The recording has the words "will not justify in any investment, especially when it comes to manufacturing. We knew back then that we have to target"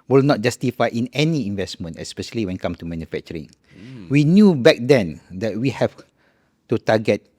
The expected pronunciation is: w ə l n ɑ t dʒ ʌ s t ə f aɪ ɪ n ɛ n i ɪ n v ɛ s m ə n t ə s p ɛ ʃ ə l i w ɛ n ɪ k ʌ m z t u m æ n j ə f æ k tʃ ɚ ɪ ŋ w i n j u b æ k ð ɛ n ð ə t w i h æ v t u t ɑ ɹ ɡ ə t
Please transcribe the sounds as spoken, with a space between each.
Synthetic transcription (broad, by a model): w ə l n ɑ t dʒ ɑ s t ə f aɪ ɪ n ɛ n i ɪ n v ɛ s m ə n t ə s p ɛ ʃ ə l i w ɛ n k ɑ m t u m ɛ n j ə f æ k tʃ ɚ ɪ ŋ w i n j u b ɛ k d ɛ n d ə t w i h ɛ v t u t ɑ ɡ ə t